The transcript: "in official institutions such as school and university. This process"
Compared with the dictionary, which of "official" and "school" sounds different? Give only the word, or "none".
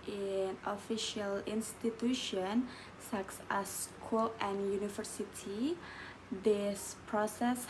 none